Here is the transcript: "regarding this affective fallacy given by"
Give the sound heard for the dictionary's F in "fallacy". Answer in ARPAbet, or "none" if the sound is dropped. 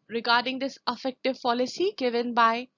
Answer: P